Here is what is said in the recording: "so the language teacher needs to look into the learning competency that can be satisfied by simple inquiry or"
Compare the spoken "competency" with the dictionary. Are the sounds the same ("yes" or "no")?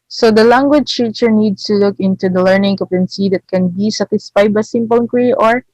no